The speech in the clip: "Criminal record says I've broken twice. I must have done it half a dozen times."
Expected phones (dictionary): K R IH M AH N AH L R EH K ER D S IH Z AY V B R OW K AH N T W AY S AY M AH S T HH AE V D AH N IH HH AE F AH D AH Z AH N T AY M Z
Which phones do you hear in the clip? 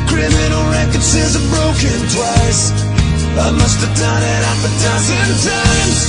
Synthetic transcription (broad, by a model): K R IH M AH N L R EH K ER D S IH Z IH B R OW K AH N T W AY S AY M AH S T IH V D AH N IH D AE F AH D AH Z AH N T AY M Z